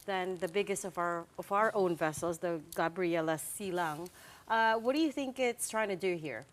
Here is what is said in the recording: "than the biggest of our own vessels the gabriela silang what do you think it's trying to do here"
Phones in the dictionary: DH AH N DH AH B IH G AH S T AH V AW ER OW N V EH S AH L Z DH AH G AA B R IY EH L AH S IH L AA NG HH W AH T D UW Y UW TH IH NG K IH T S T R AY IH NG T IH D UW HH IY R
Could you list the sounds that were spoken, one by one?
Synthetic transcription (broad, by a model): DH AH N DH AH B IH G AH S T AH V AW ER OW N V EH S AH L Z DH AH G AA B R IY EH L AH S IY L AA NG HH W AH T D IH Y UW TH IH NG K IH T S T R AY IH NG T IH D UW HH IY R